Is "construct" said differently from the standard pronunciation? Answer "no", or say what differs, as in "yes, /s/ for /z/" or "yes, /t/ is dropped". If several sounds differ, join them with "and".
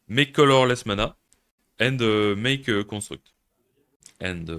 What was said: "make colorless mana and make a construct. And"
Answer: yes, /n/ is dropped